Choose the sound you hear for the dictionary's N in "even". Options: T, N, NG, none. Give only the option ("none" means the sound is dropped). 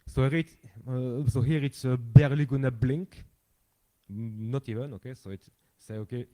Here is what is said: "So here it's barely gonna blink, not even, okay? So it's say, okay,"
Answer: N